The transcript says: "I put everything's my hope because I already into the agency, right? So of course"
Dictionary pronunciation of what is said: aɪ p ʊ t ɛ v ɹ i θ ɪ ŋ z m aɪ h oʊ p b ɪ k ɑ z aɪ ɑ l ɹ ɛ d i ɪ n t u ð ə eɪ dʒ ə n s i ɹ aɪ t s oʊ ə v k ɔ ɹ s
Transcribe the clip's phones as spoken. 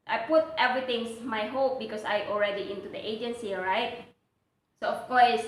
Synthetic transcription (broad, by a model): aɪ p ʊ t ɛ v ɹ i t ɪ ŋ s m aɪ h oʊ p b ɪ k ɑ s aɪ ɑ l ɹ ɛ d i ɪ n t u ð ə eɪ dʒ ə n s i ɹ aɪ t s oʊ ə f k ɔ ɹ s